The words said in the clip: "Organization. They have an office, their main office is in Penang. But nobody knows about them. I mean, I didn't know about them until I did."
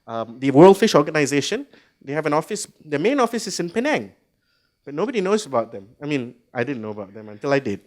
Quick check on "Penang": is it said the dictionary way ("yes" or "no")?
yes